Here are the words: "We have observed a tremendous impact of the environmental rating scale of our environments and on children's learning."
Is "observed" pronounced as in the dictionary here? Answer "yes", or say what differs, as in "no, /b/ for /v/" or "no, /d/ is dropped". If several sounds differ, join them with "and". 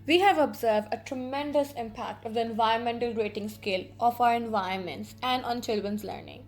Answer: yes